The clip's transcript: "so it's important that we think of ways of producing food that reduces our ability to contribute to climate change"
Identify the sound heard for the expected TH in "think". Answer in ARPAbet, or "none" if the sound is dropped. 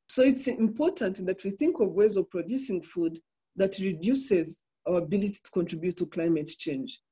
TH